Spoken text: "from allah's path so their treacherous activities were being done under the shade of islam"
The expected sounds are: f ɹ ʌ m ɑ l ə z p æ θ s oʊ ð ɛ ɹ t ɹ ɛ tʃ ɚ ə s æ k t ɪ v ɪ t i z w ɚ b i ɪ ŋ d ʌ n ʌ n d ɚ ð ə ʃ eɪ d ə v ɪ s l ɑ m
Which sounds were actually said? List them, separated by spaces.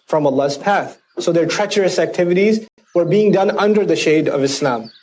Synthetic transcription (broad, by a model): f ɹ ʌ m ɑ l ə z p æ θ s oʊ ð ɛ ɹ t ɹ ɛ tʃ ɚ ə s æ k t ɪ v ɪ t i z w ɚ b i ɪ ŋ d ʌ n ʌ n d ɚ ð ə ʃ eɪ d ə v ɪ s l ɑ m